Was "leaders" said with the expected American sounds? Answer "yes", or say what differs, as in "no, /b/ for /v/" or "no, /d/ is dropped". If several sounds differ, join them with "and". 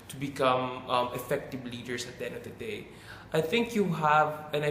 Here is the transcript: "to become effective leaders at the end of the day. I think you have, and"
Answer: no, /s/ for /z/